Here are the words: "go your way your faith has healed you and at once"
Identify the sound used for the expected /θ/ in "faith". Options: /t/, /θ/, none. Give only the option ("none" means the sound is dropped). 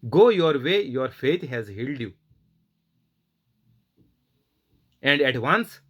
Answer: /t/